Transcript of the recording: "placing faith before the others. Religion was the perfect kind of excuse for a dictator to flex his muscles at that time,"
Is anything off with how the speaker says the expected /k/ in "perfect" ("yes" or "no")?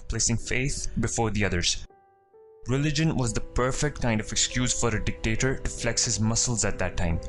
no